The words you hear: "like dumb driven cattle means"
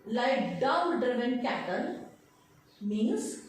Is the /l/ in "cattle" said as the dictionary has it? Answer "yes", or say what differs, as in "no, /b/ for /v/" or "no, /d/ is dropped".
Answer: no, /n/ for /l/